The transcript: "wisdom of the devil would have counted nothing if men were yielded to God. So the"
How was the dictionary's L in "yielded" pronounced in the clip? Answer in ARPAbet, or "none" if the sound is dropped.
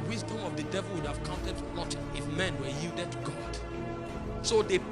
L